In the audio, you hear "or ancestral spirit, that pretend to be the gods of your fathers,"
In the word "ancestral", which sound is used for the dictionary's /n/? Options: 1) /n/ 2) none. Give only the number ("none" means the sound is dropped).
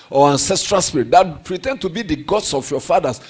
1